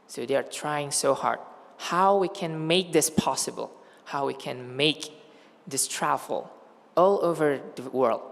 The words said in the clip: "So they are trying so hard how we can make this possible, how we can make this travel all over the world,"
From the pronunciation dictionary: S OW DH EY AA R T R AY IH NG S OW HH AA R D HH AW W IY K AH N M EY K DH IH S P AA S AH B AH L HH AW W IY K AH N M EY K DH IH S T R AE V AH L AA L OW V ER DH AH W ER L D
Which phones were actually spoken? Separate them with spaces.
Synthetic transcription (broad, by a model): S OW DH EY AA R T R AY IH NG S OW HH AA R D HH AW W IY K AH N M EY K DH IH S P AA S AH B AH L HH AW W IY K AH N M EY K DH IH S T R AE AH L AA L OW V ER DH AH W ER L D